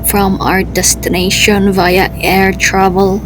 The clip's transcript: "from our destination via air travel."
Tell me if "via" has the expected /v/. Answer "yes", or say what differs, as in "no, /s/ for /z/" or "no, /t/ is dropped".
yes